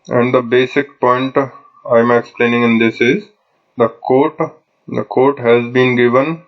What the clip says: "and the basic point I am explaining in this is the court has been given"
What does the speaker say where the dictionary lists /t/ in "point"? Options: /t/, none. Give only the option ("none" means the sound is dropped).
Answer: /t/